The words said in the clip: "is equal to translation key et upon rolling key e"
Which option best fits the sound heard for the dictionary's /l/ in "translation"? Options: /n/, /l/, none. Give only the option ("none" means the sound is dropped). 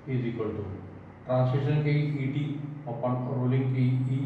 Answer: none